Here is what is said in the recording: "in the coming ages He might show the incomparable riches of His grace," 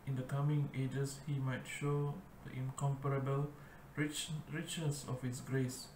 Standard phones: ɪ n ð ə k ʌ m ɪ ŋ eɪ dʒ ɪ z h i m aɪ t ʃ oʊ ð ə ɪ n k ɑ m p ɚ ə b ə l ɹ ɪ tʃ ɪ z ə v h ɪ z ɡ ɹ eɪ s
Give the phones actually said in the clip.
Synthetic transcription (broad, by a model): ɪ n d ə k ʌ m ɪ ŋ eɪ dʒ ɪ s h i m aɪ t ʃ oʊ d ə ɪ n k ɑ m p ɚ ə b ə l ɹ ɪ tʃ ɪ s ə f h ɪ s ɡ ɹ eɪ s